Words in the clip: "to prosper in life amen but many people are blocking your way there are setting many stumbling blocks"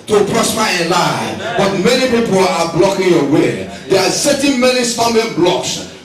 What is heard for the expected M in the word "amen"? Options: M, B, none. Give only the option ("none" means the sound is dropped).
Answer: none